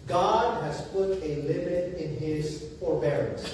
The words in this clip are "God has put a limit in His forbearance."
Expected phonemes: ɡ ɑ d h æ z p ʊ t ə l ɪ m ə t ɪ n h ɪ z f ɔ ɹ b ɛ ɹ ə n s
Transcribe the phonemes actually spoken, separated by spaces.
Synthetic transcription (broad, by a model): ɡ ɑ d h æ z p ʊ t ə l ɪ m ə t ɪ n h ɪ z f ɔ ɹ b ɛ ɹ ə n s